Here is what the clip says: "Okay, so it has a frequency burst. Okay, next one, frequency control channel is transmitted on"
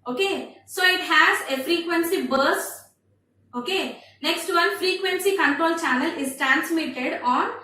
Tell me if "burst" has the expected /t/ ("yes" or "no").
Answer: no